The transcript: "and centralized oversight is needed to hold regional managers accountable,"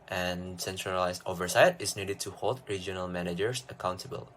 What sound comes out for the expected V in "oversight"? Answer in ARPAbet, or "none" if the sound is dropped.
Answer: V